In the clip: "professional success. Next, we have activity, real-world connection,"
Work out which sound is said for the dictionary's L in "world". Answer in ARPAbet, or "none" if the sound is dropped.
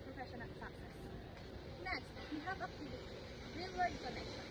none